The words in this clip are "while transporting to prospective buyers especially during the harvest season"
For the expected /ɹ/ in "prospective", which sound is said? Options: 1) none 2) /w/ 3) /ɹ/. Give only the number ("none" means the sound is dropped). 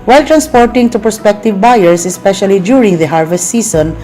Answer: 1